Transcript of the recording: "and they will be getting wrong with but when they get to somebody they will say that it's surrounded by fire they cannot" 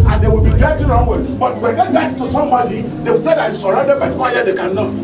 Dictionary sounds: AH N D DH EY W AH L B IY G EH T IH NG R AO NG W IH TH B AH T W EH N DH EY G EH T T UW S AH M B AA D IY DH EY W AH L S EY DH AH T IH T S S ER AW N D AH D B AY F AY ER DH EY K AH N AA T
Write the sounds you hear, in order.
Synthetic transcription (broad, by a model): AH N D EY W AH L B IY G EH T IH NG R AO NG W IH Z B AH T W EH N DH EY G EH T T UW S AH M AA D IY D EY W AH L S EY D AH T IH S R AW N D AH D B AY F AY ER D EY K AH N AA